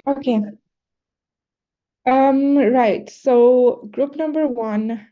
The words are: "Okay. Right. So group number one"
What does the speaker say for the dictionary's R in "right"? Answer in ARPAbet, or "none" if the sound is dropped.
R